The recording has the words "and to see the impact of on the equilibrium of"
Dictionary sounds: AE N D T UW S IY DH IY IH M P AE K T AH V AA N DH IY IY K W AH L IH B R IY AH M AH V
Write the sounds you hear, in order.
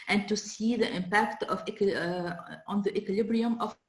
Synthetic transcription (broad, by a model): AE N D T UW S IY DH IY IH M P AE K T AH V AA N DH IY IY K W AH L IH B R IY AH M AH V